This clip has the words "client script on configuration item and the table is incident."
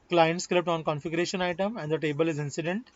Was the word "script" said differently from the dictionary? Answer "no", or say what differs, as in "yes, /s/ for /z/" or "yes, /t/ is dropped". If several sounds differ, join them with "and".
yes, /l/ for /ɹ/